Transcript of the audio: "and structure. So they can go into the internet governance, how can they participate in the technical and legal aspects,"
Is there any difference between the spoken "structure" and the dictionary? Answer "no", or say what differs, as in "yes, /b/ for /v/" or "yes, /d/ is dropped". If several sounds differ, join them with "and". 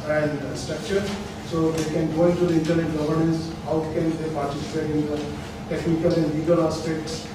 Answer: no